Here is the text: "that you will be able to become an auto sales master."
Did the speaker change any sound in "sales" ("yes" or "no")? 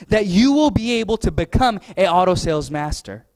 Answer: no